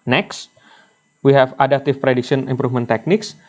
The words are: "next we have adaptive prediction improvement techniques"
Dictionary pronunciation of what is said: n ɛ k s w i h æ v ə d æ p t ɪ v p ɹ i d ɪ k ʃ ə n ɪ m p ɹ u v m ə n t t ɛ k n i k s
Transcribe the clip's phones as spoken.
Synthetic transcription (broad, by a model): n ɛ k s w i h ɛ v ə d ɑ t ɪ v p ɹ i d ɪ k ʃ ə n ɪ m p ɹ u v m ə n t t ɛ k n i k s